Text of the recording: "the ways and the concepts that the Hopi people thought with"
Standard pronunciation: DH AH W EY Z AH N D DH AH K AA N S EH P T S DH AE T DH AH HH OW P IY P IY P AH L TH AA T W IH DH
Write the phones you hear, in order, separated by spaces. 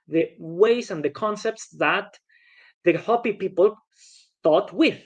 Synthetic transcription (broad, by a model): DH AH W EY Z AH N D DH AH K AA N S EH P T S DH AE T DH AH HH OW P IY P IY P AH L T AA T W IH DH